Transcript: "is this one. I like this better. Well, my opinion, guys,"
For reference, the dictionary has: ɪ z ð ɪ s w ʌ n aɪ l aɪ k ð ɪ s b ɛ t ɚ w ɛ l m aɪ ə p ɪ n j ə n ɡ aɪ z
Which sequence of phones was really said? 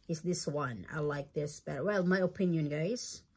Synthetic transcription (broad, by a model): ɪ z ð ɪ s w ʌ n aɪ l aɪ k ð ɪ s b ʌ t w ɛ l m aɪ ə p ɪ n j ə n ɡ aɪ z